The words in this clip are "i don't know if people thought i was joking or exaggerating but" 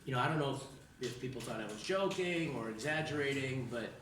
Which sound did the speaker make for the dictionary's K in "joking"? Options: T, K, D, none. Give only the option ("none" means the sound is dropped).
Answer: K